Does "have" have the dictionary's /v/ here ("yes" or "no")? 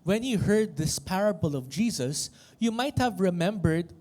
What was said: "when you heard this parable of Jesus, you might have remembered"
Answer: yes